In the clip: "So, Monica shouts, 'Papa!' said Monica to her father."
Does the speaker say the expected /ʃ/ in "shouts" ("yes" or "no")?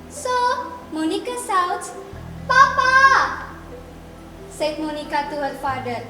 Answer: no